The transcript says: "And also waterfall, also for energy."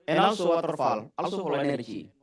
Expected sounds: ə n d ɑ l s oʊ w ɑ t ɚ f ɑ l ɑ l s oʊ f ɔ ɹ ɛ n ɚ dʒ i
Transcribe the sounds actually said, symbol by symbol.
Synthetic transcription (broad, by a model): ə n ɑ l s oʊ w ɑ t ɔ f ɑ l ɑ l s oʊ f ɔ l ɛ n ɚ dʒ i